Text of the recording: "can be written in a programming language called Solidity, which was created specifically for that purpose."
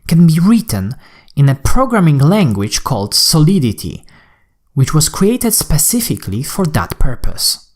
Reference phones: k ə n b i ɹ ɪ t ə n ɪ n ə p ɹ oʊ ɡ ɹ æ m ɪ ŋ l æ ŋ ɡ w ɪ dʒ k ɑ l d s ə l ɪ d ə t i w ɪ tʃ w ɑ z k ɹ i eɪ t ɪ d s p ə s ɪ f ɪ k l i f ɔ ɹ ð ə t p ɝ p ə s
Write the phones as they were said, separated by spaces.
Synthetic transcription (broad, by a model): k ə n b i ɹ ɪ t ə n ɪ n ə p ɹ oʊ ɡ ɹ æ m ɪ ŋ l æ ŋ ɡ w ɪ dʒ k ɑ l d s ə l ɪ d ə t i w ɪ tʃ w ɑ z k ɹ i eɪ t ɪ d s p ə s ɪ f ɪ k l i f ɔ ɹ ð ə t p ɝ p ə s